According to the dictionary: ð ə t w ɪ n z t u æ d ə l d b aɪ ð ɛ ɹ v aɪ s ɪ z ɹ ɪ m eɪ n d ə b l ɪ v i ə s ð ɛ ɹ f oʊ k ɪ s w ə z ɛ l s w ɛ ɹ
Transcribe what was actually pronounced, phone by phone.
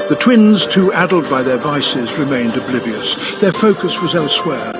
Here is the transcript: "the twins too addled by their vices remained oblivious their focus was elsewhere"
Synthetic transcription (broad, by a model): ð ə t w ɪ n z t u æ d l d b aɪ ð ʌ ɹ v aɪ s ɪ z ɹ ɪ m eɪ n d ə b l ɪ v i ə s ð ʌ ɹ f oʊ k ɪ s w ə z ɛ l s w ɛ ɹ